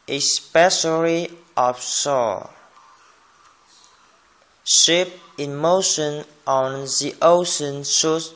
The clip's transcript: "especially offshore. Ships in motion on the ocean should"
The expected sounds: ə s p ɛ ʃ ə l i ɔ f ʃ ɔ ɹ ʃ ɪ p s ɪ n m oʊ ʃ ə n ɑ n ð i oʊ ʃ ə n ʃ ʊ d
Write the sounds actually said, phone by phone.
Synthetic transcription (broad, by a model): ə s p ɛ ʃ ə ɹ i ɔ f s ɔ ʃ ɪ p ɪ n m oʊ ʃ ə n ɑ n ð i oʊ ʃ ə n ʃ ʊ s